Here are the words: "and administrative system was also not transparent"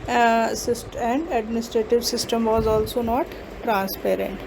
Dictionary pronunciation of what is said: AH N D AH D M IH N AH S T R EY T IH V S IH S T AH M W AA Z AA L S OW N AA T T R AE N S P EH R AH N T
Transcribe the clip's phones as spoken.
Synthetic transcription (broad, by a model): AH N D AH D M IH N AH S T R EY T IH V S IH S T AH M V AA Z AA L S OW N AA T T R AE N S P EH R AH N T